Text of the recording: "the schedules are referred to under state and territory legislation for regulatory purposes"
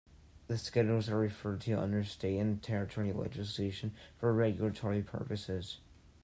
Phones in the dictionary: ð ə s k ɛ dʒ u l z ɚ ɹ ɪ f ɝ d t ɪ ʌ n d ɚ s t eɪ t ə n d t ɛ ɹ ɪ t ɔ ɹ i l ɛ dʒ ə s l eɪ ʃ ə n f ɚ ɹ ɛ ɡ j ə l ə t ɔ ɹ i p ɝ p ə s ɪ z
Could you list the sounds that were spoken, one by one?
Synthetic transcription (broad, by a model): ð ə s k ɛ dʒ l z ɚ ɹ ɪ f ɝ d t ɪ ʌ n d ɚ s t eɪ t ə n t ɛ ɹ ɪ t ɔ ɹ i l ɛ dʒ ə s l eɪ ʃ ə n f ɚ ɹ ɛ ɡ j l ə t ɔ ɹ i p ɝ p ə s ɪ z